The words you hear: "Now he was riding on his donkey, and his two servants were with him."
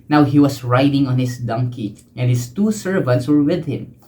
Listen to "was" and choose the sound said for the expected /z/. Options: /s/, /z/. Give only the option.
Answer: /s/